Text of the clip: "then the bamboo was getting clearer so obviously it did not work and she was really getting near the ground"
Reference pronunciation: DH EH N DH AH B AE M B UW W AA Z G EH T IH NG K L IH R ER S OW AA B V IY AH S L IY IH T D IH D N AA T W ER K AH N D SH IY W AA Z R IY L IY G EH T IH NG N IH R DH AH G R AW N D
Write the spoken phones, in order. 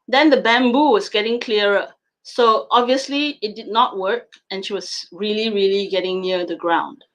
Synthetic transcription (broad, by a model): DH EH N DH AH B AE M B UW W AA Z G EH T IH NG K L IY R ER S OW AA B V IY AH S L IY IH T D IH D N AA T W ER K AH N SH IY W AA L R IY L IY G EH T IH NG N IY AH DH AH G R AW N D